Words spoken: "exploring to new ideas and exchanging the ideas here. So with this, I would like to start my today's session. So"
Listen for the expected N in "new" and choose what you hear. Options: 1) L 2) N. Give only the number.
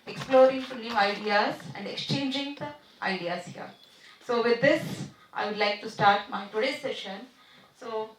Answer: 1